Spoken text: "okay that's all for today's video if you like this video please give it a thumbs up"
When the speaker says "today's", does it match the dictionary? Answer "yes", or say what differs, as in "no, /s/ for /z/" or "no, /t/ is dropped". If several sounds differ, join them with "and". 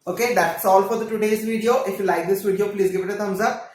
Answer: yes